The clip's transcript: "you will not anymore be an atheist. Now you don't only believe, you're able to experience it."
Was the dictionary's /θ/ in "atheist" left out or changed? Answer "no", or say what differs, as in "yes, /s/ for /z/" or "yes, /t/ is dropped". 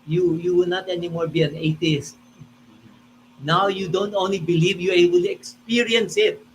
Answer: yes, /t/ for /θ/